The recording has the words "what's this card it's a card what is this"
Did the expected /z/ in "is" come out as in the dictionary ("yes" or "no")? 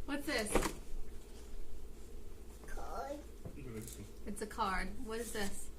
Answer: yes